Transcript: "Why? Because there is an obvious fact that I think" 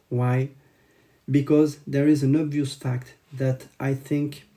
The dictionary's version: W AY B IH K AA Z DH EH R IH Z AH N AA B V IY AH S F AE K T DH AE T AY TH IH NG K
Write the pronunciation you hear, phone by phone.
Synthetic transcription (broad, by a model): W AY B IH K AA Z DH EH R IH Z AH N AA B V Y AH S F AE K T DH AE T AY TH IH NG K